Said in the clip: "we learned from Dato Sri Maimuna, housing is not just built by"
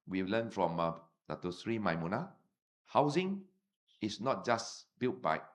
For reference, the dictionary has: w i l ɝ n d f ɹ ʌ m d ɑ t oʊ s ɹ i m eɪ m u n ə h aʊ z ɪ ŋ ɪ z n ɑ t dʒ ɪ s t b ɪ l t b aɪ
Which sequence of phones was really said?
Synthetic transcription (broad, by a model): w i l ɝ n f ɹ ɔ m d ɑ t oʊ s ɹ i m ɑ m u n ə h aʊ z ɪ ŋ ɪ s n ɑ t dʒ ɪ s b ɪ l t b aɪ